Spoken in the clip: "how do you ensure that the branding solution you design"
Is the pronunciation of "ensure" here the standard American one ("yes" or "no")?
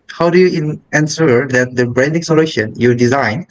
no